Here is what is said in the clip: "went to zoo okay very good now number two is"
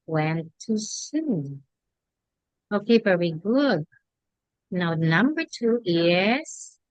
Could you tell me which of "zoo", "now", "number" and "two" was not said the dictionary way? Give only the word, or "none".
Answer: zoo